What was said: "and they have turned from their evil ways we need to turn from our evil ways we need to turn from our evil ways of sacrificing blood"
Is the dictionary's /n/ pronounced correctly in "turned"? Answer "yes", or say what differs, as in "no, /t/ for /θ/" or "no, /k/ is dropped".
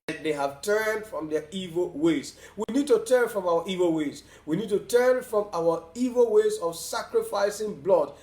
yes